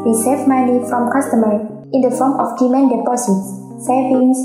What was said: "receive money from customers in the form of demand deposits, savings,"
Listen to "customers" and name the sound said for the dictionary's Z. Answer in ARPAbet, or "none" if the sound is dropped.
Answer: none